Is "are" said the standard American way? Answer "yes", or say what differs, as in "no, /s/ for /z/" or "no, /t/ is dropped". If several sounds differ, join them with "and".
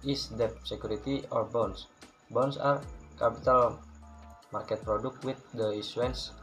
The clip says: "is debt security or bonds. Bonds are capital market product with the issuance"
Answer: yes